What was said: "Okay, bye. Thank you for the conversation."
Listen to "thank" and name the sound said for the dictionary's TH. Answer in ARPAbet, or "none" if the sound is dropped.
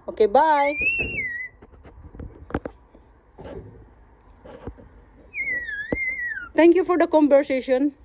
T